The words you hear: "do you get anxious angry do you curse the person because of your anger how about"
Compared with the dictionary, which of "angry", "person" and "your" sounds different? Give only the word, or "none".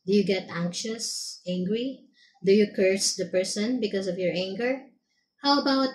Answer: none